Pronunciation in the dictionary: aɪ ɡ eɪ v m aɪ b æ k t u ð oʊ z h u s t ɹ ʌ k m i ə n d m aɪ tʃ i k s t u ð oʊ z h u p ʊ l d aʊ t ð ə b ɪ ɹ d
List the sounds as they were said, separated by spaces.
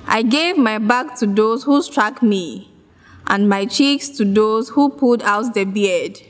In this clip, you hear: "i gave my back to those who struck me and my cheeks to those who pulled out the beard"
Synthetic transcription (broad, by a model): aɪ ɡ eɪ v m aɪ b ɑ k t u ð oʊ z h u s t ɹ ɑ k m i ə n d m aɪ tʃ i k s t u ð oʊ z h u p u d aʊ t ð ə b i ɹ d